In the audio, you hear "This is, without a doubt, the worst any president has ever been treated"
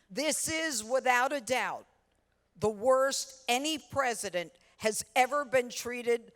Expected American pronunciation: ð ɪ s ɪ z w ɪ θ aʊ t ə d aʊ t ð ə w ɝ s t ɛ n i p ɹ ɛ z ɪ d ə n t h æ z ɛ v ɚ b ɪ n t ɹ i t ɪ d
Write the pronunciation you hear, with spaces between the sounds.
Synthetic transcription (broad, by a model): ð ɪ s ɪ z w ɪ θ aʊ t ə d aʊ t ð ə w ɝ s t ɛ n i p ɹ ɛ z ɪ d ə n t h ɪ z ɛ v ɚ b ɪ n t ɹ i t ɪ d